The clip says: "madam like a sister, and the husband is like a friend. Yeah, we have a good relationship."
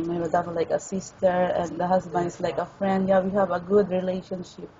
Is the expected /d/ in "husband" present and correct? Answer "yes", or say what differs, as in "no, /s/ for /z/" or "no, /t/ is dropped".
no, /d/ is dropped